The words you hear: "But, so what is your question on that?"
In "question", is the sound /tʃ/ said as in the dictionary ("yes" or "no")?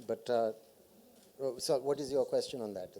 yes